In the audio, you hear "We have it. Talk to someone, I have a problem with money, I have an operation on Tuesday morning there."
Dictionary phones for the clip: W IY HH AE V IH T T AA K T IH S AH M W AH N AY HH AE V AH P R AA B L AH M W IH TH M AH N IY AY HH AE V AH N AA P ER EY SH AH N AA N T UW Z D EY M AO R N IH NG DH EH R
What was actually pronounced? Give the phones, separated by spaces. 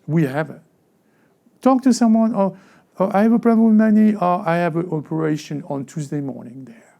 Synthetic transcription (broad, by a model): W IY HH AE V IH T T AA K T IH S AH M W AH N AY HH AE V AH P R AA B AH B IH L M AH N IY AY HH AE V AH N AA P ER EY SH AH N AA N T UW Z D EY M AO R N IH NG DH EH R